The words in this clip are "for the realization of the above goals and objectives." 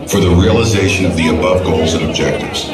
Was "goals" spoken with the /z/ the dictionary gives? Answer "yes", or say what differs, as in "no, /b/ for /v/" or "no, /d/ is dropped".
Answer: yes